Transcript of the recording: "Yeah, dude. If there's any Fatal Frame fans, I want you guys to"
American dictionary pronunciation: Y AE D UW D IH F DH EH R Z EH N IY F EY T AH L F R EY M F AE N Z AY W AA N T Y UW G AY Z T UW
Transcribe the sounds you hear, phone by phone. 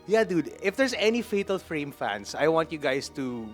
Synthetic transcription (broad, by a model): Y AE D UW D IH F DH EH R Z EH N IY F EY T AH L F R EY M F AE N S AY W AA N T Y UW G AY S T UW